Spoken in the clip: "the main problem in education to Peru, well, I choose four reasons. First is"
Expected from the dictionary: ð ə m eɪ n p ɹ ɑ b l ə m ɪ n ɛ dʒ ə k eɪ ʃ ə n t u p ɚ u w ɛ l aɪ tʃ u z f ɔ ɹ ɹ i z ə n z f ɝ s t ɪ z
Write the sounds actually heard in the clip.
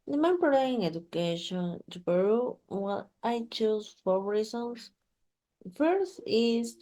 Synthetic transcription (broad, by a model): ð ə m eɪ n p ɑ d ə ɪ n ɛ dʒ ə k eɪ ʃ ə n t u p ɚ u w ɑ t aɪ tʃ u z f ɔ ɹ ɹ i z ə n s f ɝ s t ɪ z